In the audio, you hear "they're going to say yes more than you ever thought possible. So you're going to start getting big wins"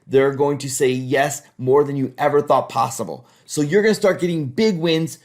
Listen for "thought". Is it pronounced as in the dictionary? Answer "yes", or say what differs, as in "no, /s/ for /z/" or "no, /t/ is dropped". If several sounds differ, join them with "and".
yes